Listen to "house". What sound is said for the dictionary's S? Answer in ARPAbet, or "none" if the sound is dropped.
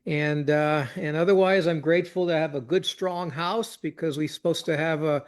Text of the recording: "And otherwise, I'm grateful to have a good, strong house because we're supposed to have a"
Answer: S